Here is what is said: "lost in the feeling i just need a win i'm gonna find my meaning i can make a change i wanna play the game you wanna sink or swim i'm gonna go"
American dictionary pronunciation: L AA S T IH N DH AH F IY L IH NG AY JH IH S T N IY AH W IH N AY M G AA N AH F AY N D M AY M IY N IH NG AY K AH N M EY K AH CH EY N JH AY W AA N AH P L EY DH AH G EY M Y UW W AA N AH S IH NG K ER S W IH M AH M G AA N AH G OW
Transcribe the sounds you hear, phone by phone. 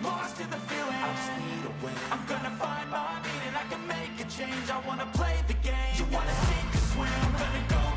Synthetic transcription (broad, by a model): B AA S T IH DH AH F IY L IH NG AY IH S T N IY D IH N AY M G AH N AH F AY N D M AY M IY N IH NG AY K AH N M EY K AH CH EY N JH AY W AA N AH P L EY DH AH G EY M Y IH W AA N AH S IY K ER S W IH AH M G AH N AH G OW